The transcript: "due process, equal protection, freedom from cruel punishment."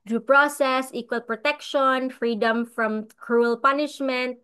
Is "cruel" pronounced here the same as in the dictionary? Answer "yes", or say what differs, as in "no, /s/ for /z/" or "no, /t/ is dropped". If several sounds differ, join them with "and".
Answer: yes